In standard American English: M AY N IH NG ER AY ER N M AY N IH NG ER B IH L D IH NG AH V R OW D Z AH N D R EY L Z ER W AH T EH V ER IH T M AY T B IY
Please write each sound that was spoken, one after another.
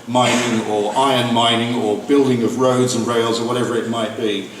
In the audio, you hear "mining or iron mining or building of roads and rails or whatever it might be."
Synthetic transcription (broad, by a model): M AY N IH NG ER AY ER N M AY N IH NG ER B IH L D IH NG AH V R OW D Z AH N R EY L Z ER W AH T EH V ER IH T M AY T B IY